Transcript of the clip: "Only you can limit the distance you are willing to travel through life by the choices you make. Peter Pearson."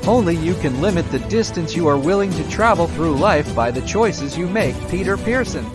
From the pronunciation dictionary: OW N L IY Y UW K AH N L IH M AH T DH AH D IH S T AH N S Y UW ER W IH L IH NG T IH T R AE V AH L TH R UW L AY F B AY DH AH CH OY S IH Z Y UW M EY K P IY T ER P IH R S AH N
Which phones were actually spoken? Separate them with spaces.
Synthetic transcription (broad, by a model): OW N L IY Y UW K AH N L IH M AH T DH AH D IH S T AH N S Y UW ER W IH L IH NG T IH T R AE V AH L TH R UW L AY F B AY DH AH CH OY S IH Z Y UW M EY K P IY T ER P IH R S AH N